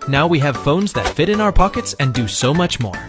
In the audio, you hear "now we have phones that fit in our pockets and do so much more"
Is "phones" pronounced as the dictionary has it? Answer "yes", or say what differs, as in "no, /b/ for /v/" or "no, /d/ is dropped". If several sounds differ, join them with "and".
yes